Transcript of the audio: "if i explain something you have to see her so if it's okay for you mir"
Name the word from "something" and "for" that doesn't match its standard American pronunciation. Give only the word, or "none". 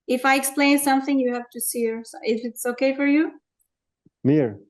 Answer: none